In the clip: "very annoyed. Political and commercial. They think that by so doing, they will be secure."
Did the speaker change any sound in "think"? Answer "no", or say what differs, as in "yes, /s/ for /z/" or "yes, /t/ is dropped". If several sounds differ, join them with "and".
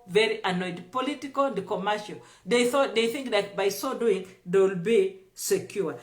no